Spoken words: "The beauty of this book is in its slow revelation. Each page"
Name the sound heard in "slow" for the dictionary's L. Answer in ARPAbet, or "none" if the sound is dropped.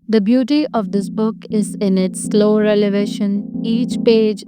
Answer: L